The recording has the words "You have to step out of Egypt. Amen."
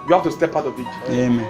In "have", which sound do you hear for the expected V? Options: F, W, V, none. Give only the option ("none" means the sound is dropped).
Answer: F